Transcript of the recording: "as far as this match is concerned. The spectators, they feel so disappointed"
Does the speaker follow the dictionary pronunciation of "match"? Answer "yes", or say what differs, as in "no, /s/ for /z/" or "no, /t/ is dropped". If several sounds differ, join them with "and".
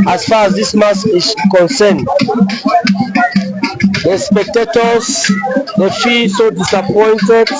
no, /s/ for /tʃ/